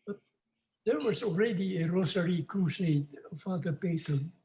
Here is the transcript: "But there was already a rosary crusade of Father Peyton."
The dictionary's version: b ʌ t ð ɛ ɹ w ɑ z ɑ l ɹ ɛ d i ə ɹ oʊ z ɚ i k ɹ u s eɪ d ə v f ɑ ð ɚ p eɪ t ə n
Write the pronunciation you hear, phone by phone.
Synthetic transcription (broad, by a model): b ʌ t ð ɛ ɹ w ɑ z ɑ l ɹ ɛ d i ə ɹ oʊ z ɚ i k ɹ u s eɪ ə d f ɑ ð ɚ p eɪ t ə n